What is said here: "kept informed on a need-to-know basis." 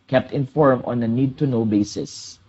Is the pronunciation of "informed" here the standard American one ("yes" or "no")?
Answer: no